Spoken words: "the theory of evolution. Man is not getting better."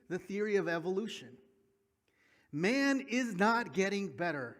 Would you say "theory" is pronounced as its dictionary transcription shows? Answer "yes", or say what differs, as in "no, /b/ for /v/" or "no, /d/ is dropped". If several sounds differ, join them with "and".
yes